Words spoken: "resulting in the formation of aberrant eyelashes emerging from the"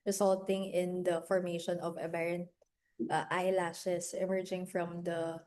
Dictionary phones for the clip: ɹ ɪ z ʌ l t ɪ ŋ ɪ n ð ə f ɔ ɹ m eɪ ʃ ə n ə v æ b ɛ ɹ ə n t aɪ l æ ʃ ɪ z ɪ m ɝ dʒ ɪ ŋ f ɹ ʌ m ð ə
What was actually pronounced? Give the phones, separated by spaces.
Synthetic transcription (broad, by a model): ɹ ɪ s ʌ l t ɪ ŋ ɪ n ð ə f ɔ ɹ m eɪ ʃ ə n ə v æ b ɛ ɹ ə n t aɪ l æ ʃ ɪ s ɪ m ɝ dʒ ɪ ŋ f ɹ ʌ m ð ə